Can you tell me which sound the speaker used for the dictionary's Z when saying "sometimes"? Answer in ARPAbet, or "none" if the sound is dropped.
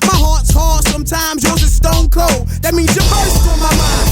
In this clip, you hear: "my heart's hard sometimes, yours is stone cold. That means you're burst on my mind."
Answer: Z